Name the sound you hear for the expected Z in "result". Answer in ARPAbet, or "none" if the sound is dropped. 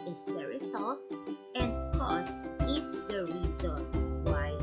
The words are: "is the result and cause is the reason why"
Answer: S